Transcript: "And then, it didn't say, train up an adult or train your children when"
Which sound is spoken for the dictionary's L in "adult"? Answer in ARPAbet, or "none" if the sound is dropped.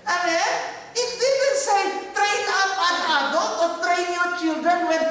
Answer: none